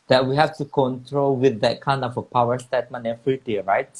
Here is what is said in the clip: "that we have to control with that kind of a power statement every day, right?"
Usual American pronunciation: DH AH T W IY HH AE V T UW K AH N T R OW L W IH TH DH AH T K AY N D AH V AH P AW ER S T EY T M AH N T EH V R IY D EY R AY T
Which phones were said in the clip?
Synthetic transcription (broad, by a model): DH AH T W IY HH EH F T UW K AH N T R OW L W IH TH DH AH T K AY N D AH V AH P AW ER S T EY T M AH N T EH F R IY D EY R AY T